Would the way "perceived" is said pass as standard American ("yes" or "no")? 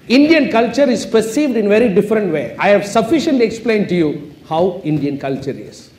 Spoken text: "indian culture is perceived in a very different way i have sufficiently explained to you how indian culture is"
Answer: yes